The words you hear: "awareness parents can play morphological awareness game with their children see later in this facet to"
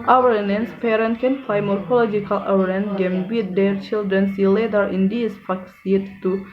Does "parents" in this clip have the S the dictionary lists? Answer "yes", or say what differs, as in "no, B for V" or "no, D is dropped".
no, S is dropped